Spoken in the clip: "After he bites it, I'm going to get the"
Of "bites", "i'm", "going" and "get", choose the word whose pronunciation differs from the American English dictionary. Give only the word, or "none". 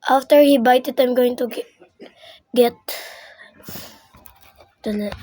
bites